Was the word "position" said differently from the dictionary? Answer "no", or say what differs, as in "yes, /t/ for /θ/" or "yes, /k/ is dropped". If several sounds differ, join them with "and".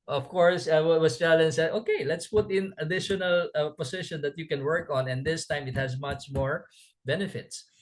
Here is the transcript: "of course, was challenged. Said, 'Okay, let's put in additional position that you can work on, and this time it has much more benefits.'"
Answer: yes, /s/ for /z/